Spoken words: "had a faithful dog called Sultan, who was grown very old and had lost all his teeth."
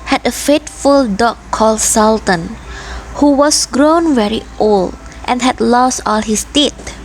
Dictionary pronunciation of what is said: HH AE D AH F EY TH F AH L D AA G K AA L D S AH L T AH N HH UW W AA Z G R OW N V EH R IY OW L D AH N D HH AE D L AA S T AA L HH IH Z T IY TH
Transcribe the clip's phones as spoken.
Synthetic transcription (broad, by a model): HH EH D AH F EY T F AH L D AA K AA L D S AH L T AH N HH UW W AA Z G R OW N V EH R IY OW L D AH N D HH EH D L AA S T AA L HH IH S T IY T